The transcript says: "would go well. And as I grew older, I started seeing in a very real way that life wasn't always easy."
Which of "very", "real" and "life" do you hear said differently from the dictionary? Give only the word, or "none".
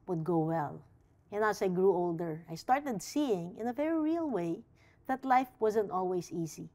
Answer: none